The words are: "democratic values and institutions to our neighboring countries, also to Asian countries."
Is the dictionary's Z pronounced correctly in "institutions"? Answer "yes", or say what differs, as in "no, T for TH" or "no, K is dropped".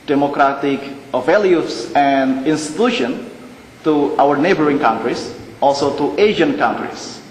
no, Z is dropped